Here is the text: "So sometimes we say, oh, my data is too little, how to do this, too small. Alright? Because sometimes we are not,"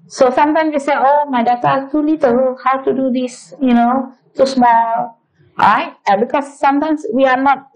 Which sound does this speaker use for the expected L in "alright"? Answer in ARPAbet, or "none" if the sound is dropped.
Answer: none